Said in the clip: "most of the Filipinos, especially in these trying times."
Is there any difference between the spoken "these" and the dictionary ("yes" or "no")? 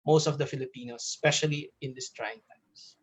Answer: yes